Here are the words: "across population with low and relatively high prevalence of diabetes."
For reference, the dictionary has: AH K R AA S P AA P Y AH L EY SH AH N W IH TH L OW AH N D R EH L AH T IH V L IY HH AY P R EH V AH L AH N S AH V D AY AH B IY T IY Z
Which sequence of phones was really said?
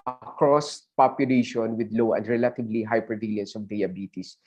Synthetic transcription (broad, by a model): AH K R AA S P AA P Y AH L EY SH AH N W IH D L OW AH N D R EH L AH T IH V L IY HH AY P EH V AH L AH N S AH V D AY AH B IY T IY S